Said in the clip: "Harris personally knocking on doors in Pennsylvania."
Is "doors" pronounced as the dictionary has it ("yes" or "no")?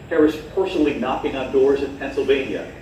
yes